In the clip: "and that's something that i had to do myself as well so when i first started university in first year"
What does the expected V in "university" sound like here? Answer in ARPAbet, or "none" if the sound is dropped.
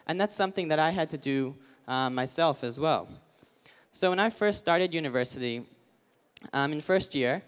V